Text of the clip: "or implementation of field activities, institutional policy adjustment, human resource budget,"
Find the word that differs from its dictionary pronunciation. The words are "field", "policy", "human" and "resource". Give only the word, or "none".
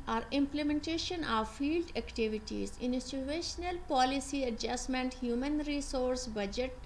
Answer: none